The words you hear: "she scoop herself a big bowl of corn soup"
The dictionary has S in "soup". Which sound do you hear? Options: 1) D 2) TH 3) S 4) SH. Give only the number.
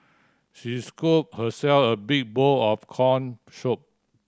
4